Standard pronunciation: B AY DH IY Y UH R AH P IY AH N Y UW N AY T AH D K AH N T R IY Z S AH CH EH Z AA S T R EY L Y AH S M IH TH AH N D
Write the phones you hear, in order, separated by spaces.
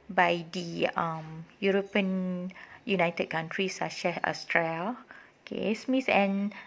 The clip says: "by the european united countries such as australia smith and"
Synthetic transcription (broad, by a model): B AY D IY Y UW R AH P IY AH N Y UW N AY T AH D K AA N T R IY S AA SH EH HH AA S T R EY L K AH S M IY S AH N